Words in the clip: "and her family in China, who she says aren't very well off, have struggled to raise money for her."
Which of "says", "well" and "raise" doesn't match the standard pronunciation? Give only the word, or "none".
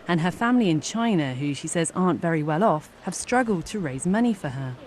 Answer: none